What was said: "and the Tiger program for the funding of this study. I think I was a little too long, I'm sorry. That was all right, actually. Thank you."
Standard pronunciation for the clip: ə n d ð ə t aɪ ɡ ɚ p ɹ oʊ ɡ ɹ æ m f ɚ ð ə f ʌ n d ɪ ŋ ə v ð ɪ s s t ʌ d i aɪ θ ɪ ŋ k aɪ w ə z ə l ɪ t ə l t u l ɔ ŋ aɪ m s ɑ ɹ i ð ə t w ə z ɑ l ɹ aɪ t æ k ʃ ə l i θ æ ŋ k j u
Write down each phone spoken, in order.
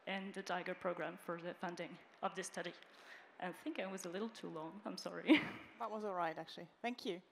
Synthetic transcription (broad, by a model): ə n ð ə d aɪ ɡ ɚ p ɹ oʊ ɡ ɹ æ m f ɚ ð ə f ʌ n d ɪ ŋ ə v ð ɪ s s t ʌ d i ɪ θ ɪ ŋ k aɪ w ə z ə l ɪ t l t u l ɔ ŋ aɪ m s ɑ ɹ i ð ə t w ə z ɑ l ɹ aɪ t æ k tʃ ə l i θ æ ŋ k j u